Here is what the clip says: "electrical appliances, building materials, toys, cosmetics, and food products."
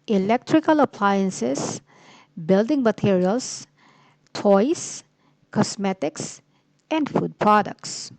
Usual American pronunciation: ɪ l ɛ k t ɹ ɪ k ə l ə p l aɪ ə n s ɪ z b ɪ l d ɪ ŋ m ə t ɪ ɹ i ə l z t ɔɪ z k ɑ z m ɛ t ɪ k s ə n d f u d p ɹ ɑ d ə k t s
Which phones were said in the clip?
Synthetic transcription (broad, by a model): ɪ l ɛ k t ɹ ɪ k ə l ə p l aɪ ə n s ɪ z b ɪ l d ɪ ŋ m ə t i ɹ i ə l s t ɔɪ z k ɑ s m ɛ t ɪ k s ə n d f u d p ɹ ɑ d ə k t s